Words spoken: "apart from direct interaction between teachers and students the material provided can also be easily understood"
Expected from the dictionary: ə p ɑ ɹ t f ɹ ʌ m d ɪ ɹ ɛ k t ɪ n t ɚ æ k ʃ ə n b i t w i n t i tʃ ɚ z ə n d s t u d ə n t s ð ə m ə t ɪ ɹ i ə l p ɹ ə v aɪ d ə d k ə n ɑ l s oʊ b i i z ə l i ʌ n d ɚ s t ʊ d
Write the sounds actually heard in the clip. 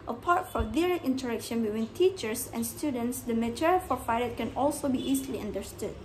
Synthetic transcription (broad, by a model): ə p ɑ ɹ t f ɹ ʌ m d ɪ ɹ ɛ k t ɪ n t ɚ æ k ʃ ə n b i t w i n t i tʃ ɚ s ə n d s t u d ə n t s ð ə m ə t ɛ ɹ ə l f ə f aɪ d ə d k ə n ɑ l s oʊ b i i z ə l i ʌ n d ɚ s t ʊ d